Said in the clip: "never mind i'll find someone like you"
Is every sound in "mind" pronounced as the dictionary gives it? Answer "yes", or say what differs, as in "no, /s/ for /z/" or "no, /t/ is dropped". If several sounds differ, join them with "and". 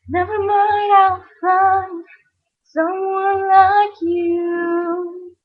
no, /n/ is dropped